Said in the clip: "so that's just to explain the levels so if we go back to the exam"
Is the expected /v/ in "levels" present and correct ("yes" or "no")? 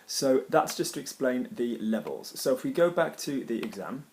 yes